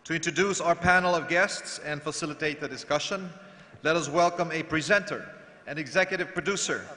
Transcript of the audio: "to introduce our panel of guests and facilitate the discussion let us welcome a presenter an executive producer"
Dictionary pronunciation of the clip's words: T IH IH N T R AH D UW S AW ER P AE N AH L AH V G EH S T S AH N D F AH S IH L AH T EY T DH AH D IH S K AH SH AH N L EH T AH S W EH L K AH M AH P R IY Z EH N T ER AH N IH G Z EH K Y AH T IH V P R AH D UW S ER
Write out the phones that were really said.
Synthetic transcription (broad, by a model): T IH IH N T R AH D UW S AW ER P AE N L AH V G EH S T S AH N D F AH S IH L AH T EY T DH AH D IH S K AH SH AH N L EH T AH S W EH L K AH M AH P R IY Z EH N T ER AH N IH G Z EH K Y AH T IH V P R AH D UW S ER